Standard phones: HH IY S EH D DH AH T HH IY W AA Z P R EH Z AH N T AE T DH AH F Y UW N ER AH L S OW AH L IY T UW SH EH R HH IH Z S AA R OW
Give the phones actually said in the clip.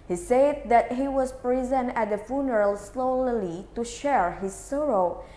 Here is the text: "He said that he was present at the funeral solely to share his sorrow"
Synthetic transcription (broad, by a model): HH IY S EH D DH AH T HH IY W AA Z P R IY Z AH N AE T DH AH F Y UW N ER AH L S OW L L IY T UW SH EH R HH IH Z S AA R OW